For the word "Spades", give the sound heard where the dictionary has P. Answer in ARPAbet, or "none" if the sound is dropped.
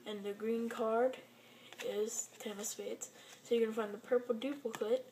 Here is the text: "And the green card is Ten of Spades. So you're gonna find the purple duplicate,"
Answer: F